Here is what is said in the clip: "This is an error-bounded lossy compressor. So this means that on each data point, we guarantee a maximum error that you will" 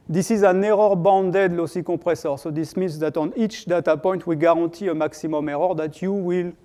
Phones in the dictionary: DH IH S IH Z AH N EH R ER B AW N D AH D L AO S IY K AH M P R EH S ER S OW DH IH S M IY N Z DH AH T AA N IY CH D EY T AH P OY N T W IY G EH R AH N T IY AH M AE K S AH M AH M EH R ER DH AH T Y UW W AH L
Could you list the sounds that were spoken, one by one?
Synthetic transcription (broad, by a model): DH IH S IH Z AH N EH R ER B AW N D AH D L AO S IY K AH P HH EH S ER S OW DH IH S M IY N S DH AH T AA N IY CH D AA T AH P OY N T W IY G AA R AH T IY AH M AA K S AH M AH M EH R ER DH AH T Y UW W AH L